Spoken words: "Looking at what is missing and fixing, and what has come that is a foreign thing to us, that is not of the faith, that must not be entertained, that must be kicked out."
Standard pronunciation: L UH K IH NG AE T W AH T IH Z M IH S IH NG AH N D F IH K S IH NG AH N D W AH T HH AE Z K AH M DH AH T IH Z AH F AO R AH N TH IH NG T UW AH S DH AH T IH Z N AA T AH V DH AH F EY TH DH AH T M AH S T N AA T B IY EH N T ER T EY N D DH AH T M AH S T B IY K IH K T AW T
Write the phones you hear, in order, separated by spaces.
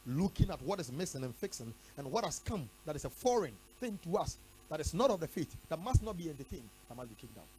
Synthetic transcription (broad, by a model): L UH K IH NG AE T W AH T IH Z M IH S IH NG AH N F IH K S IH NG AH N W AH T HH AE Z K AH M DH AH T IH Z AH F AO R AH N TH IH NG T UW AH S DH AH T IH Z N AA T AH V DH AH F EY T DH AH T M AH S T N AA T B IY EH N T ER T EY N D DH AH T M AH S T B IY K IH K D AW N